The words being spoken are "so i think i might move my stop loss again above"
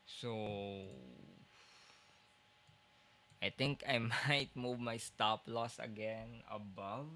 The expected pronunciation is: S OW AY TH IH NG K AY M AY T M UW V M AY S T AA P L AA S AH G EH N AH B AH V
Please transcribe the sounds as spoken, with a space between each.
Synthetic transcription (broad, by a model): S OW AY T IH NG K AY M AY T M UW V M AY S T AA P L AA S AH G EH N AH B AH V